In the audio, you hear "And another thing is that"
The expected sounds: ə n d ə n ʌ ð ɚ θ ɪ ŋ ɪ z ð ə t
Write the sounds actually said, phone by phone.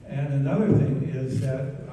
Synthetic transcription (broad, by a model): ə n ə n ʌ ð ɚ θ ɪ ŋ ɪ z ð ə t